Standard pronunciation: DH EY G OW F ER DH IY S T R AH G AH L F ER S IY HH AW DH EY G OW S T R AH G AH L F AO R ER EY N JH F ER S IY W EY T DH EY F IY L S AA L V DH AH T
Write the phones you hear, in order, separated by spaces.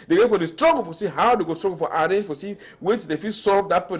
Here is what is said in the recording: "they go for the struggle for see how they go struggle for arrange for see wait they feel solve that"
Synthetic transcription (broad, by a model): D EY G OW F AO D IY S T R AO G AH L F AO S IY HH AW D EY G OW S T R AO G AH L F AO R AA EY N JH F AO S IY W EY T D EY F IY S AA V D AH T